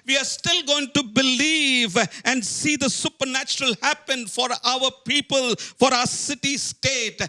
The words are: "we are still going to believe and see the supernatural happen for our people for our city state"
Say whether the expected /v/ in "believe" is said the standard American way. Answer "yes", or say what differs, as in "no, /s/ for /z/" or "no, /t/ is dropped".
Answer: yes